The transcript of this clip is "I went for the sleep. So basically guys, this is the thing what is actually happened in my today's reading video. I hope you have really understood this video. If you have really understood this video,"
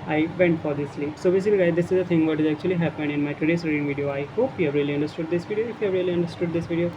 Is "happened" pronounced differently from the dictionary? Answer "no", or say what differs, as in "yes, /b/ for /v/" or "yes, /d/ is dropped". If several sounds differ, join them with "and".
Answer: yes, /d/ is dropped